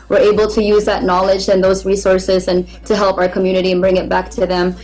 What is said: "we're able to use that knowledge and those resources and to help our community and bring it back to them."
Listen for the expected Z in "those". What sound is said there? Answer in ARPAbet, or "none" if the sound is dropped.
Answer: Z